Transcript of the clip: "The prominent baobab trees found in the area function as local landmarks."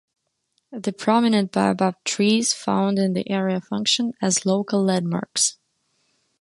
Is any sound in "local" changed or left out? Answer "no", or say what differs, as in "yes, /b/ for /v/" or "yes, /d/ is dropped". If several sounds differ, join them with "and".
yes, /k/ is dropped